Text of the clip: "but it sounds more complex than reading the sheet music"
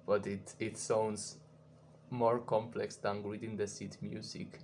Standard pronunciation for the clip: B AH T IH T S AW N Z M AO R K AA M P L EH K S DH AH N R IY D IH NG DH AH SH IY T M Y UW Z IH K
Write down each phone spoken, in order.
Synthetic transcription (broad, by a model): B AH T IH T S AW N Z M AO R K AA M P L EH K S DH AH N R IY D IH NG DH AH S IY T M Y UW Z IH K